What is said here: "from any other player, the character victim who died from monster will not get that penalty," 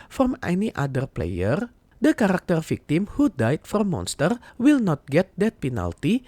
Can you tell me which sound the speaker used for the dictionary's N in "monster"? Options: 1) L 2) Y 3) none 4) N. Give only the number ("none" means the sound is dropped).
4